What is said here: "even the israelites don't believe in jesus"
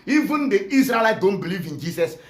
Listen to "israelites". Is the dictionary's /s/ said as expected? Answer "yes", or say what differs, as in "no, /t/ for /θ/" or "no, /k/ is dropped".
no, /s/ is dropped